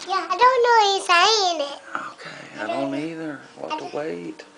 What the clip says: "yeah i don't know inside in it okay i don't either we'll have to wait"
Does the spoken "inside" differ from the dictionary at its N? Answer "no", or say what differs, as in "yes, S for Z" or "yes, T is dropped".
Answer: yes, N is dropped